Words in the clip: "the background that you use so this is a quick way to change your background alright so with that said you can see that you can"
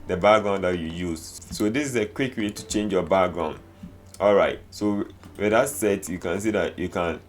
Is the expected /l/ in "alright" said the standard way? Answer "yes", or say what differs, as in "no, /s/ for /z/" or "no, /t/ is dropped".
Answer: yes